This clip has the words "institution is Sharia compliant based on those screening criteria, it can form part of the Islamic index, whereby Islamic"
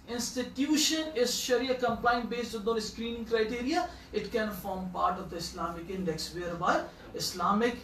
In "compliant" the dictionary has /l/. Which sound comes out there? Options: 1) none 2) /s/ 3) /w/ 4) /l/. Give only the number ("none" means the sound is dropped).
1